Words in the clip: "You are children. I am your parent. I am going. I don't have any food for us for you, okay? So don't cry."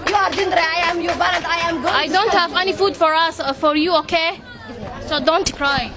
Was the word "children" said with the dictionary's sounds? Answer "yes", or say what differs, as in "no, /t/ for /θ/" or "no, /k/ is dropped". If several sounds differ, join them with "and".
no, /n/ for /l/ and /n/ is dropped